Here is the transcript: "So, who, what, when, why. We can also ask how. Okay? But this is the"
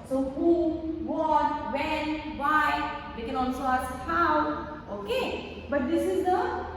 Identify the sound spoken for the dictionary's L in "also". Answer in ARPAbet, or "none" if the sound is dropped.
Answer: N